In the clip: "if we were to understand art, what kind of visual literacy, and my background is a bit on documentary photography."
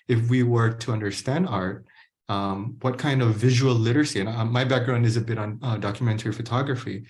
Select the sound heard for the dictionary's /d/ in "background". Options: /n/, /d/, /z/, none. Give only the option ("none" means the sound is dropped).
/d/